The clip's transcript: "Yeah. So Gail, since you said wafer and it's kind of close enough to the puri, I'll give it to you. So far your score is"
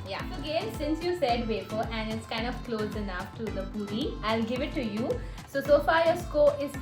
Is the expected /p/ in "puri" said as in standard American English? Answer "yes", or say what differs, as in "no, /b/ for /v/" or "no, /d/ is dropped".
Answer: no, /b/ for /p/